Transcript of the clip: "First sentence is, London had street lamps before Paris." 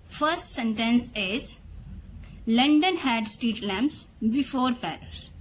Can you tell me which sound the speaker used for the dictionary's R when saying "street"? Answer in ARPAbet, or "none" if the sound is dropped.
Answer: none